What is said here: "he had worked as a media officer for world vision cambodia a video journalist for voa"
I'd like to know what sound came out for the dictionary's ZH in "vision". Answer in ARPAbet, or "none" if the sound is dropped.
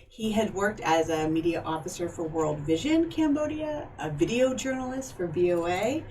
ZH